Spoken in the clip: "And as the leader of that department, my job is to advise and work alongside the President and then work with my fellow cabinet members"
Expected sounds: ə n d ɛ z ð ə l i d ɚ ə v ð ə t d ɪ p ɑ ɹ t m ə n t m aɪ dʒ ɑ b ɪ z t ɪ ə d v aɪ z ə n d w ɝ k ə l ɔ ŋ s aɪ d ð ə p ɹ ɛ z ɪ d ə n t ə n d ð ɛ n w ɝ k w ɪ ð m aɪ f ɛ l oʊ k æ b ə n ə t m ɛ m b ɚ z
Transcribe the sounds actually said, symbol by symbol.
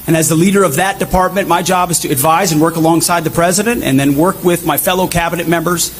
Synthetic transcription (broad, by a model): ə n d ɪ z ð ə l i d ɚ ə v ð ə t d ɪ p ɑ ɹ t m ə n m aɪ dʒ ɑ b ɪ z t ɪ ə d v aɪ z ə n w ɝ k ə l ɔ ŋ s aɪ d ð ə p ɹ ɛ z ɪ d ə n t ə n ð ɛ n w ɝ k w ɪ ð m aɪ f ɛ l oʊ k æ b ə n ə t m ɛ m b ɚ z